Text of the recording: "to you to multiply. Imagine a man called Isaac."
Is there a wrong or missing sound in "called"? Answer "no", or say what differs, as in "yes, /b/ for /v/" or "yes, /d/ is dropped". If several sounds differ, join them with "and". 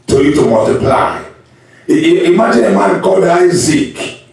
yes, /l/ is dropped